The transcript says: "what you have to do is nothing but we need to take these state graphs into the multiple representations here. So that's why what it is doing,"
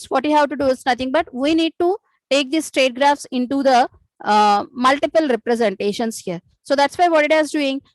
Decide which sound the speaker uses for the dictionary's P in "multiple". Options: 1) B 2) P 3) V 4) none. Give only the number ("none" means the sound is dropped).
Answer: 2